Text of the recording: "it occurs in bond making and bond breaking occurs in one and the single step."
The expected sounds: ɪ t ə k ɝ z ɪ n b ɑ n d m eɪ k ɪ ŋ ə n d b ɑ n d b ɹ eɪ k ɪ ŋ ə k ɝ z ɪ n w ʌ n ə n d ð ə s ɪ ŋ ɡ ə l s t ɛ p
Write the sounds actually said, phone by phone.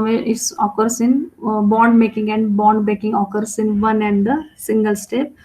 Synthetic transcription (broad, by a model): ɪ t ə k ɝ s ɪ n b ɑ n d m eɪ k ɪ ŋ ə n d b ɑ n d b eɪ k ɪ ŋ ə k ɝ s ɪ n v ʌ n ə n d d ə s ɪ ŋ ɡ ə l s t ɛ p